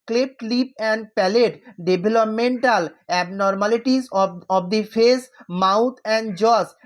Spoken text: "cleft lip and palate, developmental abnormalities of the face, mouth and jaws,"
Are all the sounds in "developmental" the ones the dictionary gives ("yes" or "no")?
no